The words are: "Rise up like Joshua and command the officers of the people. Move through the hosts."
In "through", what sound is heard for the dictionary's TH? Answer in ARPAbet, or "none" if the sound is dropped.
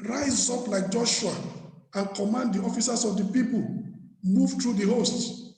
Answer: T